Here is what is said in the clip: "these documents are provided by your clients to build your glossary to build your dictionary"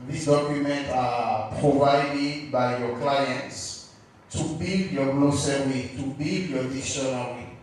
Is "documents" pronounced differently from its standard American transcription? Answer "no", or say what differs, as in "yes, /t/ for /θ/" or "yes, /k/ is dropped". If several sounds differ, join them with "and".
yes, /s/ is dropped